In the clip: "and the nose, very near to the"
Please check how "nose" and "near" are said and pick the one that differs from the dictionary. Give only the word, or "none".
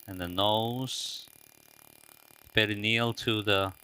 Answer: near